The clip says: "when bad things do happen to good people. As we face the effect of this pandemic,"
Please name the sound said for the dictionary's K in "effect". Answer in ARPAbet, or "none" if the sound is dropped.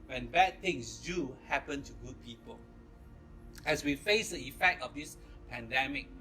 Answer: K